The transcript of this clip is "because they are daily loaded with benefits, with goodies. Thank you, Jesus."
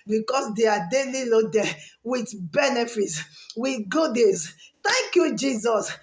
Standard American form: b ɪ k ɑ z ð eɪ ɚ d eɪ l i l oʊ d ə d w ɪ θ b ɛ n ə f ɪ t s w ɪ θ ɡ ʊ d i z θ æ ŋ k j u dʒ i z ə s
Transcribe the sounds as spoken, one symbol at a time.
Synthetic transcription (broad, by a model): b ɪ k ɑ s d eɪ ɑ d eɪ l i l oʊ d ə w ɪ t b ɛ n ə f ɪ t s w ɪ ɡ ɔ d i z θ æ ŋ k j u dʒ i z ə s